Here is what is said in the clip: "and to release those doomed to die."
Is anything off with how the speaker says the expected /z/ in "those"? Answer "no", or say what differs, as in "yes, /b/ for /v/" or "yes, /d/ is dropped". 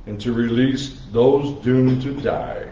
no